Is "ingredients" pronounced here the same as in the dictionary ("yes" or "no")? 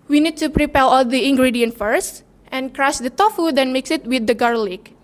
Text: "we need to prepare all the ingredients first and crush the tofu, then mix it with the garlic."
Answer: no